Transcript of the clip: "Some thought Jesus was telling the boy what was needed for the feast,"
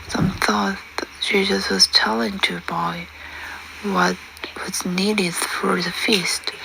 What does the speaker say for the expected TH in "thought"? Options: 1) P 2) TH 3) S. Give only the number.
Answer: 2